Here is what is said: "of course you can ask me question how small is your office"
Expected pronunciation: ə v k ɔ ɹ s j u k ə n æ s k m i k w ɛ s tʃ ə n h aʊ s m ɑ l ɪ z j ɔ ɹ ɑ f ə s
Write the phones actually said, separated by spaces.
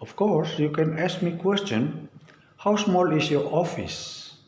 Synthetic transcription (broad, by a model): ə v k ɔ ɹ s j u k ə n æ s k m i k w ɛ s tʃ ə n h aʊ s m ɑ l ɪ s j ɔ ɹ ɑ f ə s